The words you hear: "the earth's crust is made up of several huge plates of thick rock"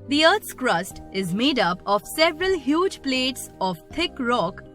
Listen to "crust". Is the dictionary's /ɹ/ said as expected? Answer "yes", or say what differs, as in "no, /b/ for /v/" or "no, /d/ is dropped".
yes